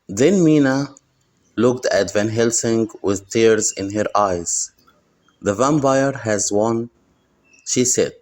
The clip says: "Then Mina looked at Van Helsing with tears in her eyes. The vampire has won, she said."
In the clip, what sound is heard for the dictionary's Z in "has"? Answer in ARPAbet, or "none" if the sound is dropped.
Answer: Z